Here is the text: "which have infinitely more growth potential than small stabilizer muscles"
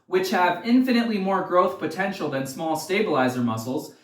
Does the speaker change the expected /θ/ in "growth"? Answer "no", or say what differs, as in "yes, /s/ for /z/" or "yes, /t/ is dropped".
no